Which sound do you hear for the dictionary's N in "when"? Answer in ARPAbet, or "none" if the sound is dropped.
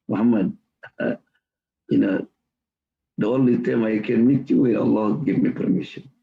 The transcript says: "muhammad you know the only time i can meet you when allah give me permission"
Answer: none